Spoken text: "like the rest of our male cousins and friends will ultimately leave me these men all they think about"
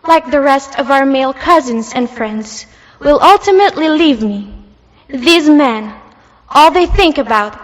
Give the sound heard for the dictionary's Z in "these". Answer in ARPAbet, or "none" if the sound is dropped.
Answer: Z